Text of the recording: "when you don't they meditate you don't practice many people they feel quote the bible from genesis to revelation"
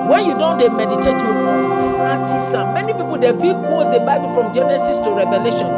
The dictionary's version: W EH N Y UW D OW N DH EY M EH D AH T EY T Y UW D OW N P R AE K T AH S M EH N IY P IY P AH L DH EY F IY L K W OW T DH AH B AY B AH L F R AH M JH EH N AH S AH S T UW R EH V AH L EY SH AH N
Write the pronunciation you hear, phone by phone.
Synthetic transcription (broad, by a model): W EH N Y UW D OW N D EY M EH D AH T EY T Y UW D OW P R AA T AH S M EH N IY P IY P AH L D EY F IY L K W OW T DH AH B AY B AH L F R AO M JH EH N AH S AH S T UW R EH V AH L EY SH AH N